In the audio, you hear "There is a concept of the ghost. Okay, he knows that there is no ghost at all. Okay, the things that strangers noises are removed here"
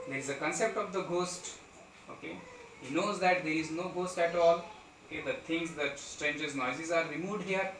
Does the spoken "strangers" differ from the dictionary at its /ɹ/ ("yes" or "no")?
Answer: no